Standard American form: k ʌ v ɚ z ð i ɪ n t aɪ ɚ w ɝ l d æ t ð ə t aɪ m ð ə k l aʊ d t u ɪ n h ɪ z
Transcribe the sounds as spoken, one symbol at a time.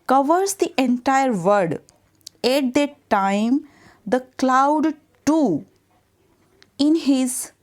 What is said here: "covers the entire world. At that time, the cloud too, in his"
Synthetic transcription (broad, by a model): k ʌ v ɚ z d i ɪ n t aɪ ɚ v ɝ d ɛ t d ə t aɪ m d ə k l aʊ d t u ɪ n h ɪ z